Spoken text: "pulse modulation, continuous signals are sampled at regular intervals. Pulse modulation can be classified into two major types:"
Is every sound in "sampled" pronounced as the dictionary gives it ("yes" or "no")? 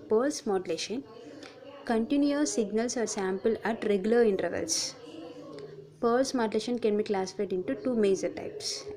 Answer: no